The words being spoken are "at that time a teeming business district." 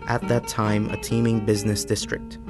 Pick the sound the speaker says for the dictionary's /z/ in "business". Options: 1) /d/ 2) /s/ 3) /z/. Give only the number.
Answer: 3